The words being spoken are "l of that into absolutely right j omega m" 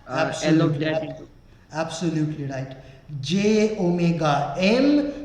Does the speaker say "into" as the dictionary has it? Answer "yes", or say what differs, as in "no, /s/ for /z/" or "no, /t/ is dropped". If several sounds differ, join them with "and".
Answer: no, /n/ is dropped